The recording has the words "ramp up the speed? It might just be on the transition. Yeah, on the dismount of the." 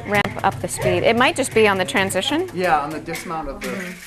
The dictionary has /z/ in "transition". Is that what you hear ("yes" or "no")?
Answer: yes